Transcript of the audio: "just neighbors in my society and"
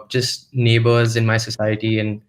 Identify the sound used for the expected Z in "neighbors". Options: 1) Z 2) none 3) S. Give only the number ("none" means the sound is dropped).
1